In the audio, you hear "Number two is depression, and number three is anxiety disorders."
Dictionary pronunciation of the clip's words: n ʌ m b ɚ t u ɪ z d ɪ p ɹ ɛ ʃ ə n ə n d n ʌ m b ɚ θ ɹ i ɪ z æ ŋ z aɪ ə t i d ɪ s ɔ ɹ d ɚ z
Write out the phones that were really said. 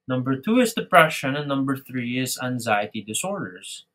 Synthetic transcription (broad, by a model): n ʌ m b ɚ t u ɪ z d ɪ p ɹ ɛ ʃ ə n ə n n ʌ m b ɚ θ ɹ i ɪ z æ ŋ z aɪ ə t i d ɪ s ɔ ɹ d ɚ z